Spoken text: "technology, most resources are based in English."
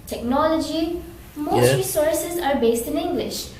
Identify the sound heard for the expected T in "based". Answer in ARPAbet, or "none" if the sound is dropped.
T